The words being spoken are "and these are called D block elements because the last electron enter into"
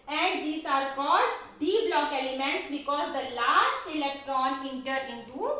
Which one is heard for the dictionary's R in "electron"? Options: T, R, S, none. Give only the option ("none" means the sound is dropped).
R